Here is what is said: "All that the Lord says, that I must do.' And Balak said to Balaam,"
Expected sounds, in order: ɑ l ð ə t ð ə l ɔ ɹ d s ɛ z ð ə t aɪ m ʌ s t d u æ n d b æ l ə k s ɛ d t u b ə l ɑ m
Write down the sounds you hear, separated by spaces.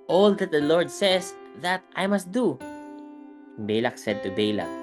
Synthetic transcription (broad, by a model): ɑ l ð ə t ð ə l ɔ ɹ d s ɛ s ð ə t aɪ m ʌ s t d u b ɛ l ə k s ɛ d t u b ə l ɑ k